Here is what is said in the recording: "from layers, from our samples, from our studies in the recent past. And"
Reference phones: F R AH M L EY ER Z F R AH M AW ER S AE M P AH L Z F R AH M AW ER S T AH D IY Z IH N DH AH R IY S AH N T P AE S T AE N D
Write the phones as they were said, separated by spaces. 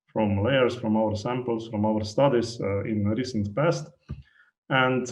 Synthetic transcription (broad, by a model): F R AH M L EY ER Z F R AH M AW ER S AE M P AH L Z F R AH M AW ER S T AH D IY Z IH N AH R IY S AH N T P AE S T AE N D